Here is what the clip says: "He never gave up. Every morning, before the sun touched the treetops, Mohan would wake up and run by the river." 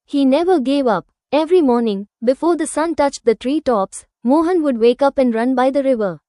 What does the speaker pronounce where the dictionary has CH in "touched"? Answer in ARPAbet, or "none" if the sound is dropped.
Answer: CH